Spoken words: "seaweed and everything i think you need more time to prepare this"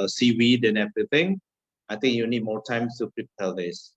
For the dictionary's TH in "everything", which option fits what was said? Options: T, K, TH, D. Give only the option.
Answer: T